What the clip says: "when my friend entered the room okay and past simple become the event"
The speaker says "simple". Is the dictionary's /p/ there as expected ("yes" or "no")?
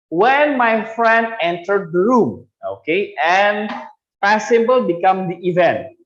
no